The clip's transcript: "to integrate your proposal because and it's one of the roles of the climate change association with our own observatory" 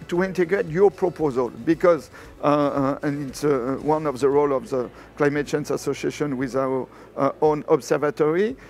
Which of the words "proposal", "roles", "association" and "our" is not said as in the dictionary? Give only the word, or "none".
roles